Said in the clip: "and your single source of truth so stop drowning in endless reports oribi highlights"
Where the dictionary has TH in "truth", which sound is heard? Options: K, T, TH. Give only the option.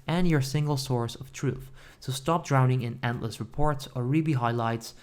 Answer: TH